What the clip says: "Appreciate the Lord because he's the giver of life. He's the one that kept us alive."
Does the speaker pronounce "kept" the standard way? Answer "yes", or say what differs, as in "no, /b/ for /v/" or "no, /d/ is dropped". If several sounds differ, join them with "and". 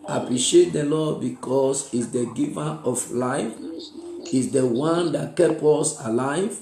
no, /t/ is dropped